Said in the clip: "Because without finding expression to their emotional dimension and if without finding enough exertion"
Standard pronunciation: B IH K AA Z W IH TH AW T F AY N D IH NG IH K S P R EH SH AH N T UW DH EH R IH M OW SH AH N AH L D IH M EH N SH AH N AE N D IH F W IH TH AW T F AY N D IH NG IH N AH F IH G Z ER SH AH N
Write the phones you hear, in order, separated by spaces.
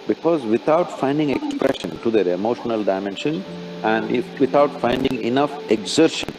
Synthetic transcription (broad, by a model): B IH K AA Z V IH T AW T F AY N D IH NG IH K S P R EH SH AH N T UW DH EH R IH M OW SH AH N AH L D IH M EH N SH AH N AE N D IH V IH T AW T F AY N D IH NG IH N AH F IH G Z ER SH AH N